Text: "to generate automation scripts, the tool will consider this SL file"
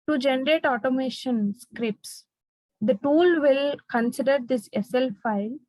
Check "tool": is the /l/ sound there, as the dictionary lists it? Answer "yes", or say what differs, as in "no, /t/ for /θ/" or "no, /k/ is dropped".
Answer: yes